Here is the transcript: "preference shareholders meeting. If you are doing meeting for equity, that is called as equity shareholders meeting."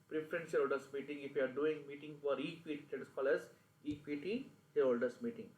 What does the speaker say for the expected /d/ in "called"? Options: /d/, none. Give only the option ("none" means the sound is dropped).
none